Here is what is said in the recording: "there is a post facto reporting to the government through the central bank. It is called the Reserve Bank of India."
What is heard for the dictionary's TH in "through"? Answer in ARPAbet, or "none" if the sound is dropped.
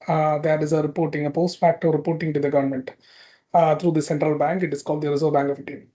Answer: T